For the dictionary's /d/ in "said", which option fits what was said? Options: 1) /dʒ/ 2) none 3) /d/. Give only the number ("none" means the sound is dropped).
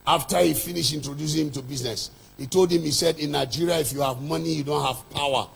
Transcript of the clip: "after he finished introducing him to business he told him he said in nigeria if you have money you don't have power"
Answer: 3